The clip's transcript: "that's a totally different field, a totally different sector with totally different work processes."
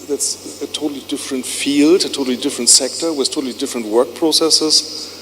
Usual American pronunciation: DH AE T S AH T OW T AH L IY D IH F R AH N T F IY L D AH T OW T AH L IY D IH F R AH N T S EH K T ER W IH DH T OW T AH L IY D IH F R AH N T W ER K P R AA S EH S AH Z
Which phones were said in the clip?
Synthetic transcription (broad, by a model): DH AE T S AH T OW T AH L IY D IH F R AH N T F IY L D AH T OW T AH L IY D IH F R AH N T S EH K T ER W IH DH T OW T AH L IY D IH F R AH N T W ER K P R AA S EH S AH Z